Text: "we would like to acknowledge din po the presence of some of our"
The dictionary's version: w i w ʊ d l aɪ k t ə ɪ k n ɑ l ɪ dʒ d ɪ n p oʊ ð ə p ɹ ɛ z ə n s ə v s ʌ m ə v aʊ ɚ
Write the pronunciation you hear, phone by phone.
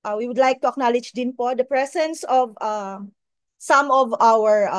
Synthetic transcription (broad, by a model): w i w ʊ d l aɪ k t ə ɪ k n ɑ l ɪ dʒ d ɪ n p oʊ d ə p ɹ ɛ s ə n s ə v s ʌ m ə v aʊ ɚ